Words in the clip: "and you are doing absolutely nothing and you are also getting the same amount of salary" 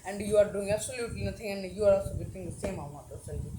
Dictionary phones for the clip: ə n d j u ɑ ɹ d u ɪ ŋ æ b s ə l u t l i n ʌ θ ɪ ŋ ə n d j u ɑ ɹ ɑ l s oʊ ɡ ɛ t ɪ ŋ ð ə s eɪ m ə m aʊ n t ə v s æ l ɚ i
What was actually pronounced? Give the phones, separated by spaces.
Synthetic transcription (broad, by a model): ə n d j u ɑ ɹ d u ɪ ŋ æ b s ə l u t l i n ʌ t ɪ ŋ ə n d j u ɑ ɹ ɑ l s oʊ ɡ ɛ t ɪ ŋ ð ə s eɪ m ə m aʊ t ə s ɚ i